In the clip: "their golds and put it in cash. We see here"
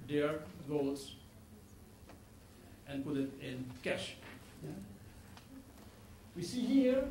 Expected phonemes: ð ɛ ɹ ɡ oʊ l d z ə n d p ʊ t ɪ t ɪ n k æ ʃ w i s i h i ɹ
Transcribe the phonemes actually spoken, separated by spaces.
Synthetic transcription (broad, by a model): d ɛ ɹ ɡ oʊ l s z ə n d p ʊ t ɪ t ɪ n k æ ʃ w i s i h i ɹ